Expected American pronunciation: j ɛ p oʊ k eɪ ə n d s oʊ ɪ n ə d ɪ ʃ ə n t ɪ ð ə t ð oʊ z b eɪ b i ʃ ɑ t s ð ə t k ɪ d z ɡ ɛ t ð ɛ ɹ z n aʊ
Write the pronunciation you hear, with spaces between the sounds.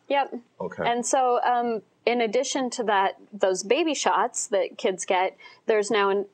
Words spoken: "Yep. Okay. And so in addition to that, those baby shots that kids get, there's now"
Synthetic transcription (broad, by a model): j ɛ p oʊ k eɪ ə n s oʊ ɪ n ə d ɪ ʃ ə n t ɪ ð ə t ð oʊ z b eɪ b i ʃ ɑ t s ð ə t k ɪ d z ɡ ɛ t ð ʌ ɹ z n aʊ